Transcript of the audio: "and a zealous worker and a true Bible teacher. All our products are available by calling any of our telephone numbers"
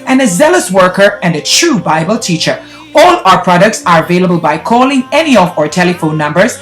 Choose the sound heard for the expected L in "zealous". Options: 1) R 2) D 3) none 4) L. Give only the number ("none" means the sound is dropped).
4